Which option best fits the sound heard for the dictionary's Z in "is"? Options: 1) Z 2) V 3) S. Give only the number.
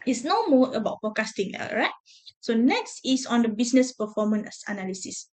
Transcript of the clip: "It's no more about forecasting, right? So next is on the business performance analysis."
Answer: 3